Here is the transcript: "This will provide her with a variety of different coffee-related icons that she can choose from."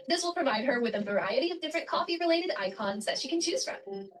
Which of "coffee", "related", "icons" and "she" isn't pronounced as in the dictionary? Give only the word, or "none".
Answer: none